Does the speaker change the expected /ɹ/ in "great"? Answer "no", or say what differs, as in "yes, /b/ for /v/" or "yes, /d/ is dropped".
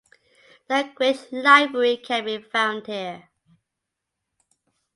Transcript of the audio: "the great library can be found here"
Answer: yes, /w/ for /ɹ/